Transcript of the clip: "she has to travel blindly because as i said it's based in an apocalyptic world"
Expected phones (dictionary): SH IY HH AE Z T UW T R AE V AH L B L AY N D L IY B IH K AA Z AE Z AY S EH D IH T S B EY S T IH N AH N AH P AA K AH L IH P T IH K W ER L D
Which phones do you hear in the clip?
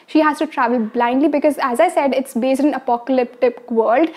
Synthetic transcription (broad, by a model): SH IY HH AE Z T UW T R AE V AH L B L AY N D L IY B IH K AA Z AE Z AY S EH D IH T S B EY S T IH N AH N AH P AA K AH L IH P T IH K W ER L D